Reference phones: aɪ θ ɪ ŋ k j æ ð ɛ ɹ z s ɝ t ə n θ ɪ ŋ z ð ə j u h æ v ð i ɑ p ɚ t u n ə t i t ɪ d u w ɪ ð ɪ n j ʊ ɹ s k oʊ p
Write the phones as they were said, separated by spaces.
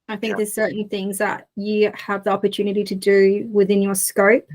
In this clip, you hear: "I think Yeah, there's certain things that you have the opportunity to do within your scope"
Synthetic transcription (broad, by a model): aɪ θ ɪ ŋ k ð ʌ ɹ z s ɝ t n θ ɪ ŋ z ð ə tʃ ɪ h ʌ v ð i ɑ p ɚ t u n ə t i t ɪ d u w ɪ ð ɪ n j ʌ ɹ s k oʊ p